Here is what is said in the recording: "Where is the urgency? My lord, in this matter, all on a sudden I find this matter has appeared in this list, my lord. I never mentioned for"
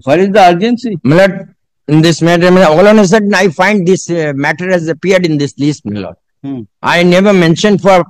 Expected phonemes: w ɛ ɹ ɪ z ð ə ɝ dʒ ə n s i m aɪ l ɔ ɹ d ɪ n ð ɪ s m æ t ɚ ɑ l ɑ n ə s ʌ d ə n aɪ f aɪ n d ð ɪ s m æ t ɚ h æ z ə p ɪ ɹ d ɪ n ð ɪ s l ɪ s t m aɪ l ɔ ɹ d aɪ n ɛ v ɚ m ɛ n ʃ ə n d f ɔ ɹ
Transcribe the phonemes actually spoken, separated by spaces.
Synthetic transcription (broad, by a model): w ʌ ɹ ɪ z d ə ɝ dʒ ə n s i m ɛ l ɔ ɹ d ɪ n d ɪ s m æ t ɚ ɑ l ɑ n ə s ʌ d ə ɪ f aɪ n d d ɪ s m æ t ɚ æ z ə p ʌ ɹ d ɪ n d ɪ s l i s t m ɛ l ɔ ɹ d aɪ n ɛ v ɚ m ɛ n ʃ ə n d f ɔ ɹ